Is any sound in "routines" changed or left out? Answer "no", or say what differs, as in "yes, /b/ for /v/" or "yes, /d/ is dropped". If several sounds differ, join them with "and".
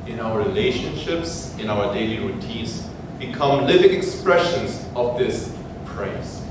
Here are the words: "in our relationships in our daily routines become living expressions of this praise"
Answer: yes, /n/ is dropped